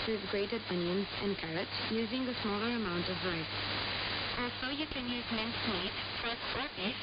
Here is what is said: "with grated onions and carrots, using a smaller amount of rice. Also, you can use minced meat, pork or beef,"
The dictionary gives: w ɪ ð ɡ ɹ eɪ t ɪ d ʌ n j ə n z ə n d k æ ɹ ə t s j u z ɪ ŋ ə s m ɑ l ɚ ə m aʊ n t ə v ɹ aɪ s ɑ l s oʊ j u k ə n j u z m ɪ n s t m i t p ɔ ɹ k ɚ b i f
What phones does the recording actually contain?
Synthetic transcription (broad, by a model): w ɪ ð ɡ ɹ eɪ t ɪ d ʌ n j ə n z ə n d k æ ɹ ə t s j u z ɪ ŋ ə s m ɑ l ɚ ə m aʊ n t ə v ɹ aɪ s ɑ l s oʊ j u k ə n j u z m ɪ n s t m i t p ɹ ɚ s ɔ